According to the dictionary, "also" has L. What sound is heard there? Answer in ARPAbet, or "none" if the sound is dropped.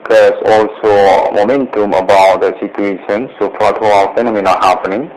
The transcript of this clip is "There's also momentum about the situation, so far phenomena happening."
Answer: L